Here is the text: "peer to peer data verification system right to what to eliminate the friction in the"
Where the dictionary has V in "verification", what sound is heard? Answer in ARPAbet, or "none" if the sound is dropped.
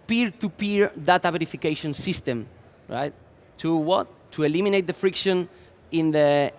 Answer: B